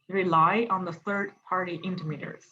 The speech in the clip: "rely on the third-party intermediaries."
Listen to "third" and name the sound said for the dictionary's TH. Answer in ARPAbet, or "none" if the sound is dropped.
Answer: TH